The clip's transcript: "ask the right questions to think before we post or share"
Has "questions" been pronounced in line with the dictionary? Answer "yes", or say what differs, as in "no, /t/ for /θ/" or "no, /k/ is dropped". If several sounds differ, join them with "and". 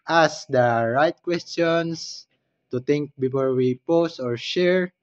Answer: no, /s/ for /z/